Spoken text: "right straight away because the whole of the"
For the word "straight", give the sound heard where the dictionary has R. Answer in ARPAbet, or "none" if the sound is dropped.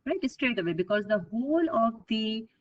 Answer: R